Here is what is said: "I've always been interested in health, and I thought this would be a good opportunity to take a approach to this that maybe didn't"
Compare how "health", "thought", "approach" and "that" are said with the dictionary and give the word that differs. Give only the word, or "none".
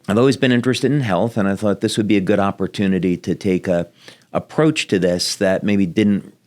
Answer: none